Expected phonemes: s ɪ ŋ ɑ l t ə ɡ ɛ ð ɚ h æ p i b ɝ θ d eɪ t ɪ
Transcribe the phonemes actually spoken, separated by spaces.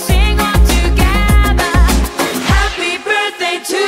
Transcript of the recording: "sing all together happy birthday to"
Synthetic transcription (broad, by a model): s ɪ ŋ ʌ n t ə ɡ ɛ ð ɚ h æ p i b ɝ θ d eɪ t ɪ